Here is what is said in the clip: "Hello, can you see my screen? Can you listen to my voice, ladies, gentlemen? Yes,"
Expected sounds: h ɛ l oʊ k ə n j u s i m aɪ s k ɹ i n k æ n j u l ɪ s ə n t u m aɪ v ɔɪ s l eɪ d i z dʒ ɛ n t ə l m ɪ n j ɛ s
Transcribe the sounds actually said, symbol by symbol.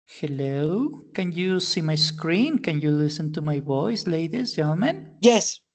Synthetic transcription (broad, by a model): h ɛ l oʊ k ə n j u s i m aɪ s k ɹ i n k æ n j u l ɪ s ə n t u m aɪ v ɔɪ s l eɪ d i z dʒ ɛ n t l m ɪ n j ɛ s